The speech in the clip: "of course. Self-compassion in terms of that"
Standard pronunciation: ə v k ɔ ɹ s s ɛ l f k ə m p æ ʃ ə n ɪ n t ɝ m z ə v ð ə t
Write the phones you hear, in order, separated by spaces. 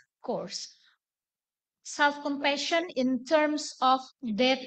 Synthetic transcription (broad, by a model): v k ɔ ɹ s s ɛ l f k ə m p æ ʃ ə n ɪ n t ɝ m s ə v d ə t